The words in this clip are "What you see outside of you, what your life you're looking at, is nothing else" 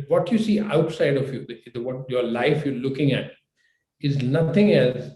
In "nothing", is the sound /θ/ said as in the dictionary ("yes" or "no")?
no